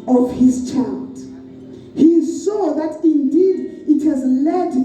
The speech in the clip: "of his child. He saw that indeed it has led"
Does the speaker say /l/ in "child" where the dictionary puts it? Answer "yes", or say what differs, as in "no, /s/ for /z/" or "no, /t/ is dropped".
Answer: yes